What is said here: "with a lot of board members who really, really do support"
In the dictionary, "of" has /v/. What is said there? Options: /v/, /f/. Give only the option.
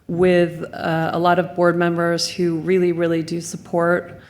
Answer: /v/